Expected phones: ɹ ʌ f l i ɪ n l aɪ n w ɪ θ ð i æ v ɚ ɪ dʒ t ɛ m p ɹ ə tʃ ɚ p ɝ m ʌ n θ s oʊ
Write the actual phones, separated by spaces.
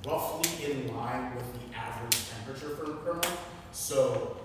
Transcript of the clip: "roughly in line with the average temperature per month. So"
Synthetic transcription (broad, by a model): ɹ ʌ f l i ɪ n l aɪ n w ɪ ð i æ v ɚ ɪ dʒ t ɛ m p ɹ ə tʃ ɚ f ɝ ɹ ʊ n s oʊ